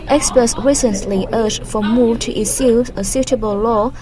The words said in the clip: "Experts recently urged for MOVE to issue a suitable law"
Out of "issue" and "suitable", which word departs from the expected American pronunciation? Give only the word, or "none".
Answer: issue